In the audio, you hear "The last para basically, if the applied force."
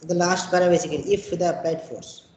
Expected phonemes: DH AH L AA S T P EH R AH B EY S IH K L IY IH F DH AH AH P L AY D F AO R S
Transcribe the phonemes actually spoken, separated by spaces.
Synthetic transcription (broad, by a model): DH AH L AA S T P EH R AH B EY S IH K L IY IH F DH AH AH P AY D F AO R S